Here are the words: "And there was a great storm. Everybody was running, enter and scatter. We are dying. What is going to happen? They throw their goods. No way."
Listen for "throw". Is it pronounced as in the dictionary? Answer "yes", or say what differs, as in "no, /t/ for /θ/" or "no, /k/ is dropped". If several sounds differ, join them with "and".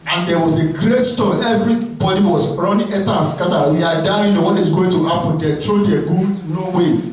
no, /t/ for /θ/